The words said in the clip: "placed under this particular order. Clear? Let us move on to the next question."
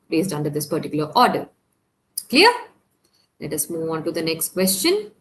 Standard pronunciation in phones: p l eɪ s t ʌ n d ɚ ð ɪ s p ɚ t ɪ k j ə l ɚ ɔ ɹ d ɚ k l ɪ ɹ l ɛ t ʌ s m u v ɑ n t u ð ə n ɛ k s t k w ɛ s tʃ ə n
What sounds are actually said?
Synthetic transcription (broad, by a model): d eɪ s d ʌ n d ɚ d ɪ s p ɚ t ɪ k j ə l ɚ ɔ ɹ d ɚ k l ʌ ɹ l ɛ t ʌ s m u v ɑ n t u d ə n ɛ k s t k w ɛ s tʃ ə n